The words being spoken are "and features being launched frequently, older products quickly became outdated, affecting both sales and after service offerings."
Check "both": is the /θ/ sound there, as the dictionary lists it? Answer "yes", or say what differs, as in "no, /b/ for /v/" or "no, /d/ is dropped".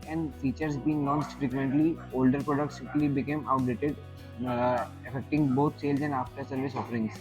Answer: no, /t/ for /θ/